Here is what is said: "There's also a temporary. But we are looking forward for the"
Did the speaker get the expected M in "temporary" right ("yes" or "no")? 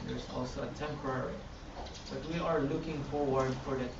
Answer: yes